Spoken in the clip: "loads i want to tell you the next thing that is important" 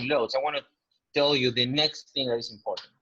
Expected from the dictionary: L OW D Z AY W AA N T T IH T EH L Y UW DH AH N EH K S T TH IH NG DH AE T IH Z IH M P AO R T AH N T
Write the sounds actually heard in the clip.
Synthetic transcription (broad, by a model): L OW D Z AY W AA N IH T EH L Y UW DH AH N EH K S T TH IH NG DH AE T IH Z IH M P AO R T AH N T